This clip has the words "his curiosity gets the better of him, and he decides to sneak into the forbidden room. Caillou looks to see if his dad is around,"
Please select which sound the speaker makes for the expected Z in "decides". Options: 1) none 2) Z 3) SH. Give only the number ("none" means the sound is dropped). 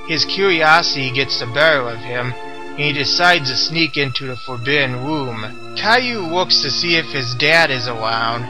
2